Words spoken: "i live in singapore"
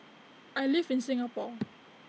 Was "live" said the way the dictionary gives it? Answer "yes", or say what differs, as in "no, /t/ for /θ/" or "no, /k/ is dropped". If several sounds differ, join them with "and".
no, /f/ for /v/